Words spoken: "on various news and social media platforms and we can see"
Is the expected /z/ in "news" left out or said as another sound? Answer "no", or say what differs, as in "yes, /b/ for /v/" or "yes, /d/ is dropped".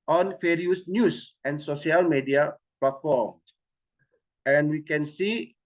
yes, /s/ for /z/